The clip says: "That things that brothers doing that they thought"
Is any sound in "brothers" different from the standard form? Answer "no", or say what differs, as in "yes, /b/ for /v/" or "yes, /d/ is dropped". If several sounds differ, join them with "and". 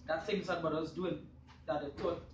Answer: yes, /ɹ/ is dropped